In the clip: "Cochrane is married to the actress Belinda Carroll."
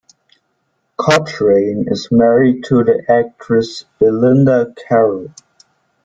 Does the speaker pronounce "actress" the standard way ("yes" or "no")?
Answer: yes